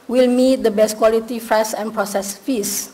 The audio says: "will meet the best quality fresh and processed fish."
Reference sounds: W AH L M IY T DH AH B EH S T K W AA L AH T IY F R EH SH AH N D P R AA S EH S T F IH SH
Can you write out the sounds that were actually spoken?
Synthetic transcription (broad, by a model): W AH L M IY T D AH B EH S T K W AA L AH T IY F R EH S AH N P R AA S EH S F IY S